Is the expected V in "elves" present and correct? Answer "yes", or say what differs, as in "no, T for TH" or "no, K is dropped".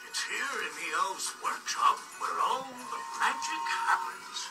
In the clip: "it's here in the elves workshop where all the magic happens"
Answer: no, V is dropped